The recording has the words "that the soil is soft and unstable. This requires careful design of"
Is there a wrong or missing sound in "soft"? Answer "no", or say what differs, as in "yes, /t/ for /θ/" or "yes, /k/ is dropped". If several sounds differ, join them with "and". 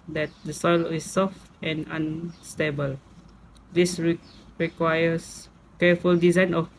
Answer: no